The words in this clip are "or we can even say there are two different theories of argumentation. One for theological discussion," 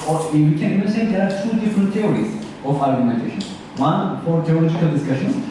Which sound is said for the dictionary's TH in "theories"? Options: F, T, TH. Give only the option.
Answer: T